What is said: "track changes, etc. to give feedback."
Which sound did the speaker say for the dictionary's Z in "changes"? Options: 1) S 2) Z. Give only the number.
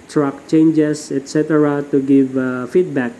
1